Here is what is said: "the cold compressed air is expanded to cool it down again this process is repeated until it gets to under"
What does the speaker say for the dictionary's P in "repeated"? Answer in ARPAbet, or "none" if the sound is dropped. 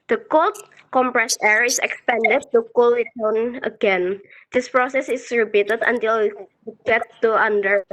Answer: B